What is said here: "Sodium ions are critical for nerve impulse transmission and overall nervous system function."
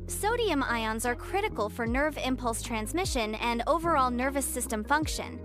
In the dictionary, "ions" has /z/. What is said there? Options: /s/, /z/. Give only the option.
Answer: /z/